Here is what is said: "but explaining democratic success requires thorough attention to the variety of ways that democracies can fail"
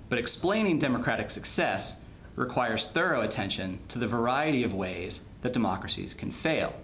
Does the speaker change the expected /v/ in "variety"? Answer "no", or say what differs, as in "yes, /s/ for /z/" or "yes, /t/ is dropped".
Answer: no